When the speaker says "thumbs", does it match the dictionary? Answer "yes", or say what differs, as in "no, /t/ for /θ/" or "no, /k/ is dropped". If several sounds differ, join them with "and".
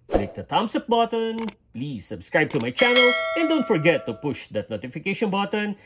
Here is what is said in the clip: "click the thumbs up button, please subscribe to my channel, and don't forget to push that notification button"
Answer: no, /t/ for /θ/ and /s/ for /z/